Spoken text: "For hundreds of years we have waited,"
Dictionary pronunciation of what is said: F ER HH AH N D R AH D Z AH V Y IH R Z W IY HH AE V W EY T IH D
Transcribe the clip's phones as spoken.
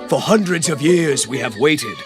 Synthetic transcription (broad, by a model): F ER HH AH N D R AH D Z AH V Y IH R Z W IY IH V W EY T IH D